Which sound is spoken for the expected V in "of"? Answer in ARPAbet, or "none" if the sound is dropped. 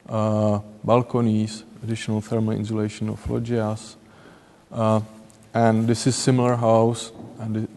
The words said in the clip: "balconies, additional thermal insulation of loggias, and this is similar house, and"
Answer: F